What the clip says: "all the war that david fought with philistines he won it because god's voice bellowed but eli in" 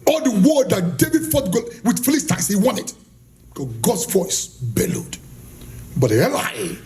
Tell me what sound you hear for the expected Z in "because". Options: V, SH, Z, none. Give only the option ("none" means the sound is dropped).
none